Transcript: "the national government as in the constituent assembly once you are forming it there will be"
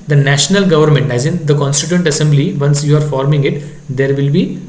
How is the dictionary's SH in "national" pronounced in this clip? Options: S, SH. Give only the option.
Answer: SH